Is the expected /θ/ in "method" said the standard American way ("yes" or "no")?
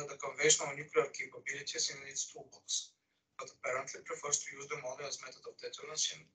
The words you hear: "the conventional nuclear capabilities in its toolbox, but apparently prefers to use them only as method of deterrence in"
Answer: no